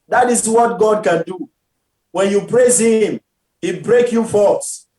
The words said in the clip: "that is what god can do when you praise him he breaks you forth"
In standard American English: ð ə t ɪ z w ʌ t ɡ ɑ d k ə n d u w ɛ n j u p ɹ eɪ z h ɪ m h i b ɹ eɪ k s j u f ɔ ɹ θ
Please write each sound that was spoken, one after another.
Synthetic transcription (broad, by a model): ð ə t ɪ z w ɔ t ɡ ɑ d k ə n d u w ɛ n j u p ɹ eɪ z h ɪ m h i b ɹ eɪ k j u f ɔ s